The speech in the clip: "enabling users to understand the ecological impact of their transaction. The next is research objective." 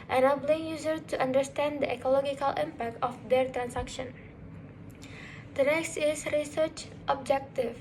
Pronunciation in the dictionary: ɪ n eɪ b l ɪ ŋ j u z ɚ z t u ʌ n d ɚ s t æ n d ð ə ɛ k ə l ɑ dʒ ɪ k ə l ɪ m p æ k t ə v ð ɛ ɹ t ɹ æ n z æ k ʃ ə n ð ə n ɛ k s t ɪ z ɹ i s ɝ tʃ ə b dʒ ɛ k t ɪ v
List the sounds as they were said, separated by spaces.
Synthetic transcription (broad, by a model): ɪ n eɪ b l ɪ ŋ j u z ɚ t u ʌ n d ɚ s t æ n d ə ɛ k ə l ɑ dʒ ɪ k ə l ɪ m p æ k t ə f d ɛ ɹ t ɹ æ n s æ k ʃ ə n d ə n ɛ k s t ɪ s ɹ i s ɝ tʃ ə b dʒ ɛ k t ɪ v